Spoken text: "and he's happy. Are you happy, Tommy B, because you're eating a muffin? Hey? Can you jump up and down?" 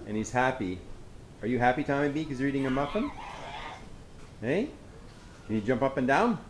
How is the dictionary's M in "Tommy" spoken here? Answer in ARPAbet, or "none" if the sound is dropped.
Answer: none